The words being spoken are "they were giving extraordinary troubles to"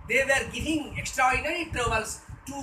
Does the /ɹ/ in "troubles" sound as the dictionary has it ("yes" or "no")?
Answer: no